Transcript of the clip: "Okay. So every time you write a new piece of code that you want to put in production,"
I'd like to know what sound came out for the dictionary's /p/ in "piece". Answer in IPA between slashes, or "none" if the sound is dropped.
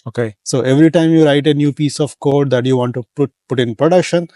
/p/